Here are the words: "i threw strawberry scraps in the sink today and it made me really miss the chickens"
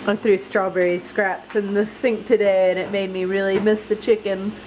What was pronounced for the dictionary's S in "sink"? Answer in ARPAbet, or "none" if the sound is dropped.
TH